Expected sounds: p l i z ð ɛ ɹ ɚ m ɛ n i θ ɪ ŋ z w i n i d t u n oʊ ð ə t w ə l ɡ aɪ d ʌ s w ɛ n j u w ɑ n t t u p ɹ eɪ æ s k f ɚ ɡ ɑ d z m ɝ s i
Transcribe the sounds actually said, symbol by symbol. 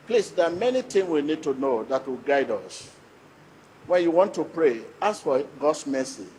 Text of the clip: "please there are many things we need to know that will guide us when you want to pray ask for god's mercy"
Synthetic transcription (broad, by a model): p l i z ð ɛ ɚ m ɛ n i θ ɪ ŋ w i n i d t u n oʊ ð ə t w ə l ɡ aɪ d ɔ s w ɛ n j u w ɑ n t t u p ɹ eɪ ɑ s f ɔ ɡ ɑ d s m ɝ s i